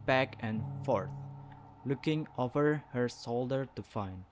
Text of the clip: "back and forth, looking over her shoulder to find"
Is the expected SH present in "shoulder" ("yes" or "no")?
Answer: no